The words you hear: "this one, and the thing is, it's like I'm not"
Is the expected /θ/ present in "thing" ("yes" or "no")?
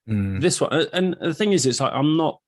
yes